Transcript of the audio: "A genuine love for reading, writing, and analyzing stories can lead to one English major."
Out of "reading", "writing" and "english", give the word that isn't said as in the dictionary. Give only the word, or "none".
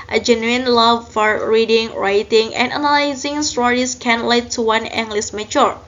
english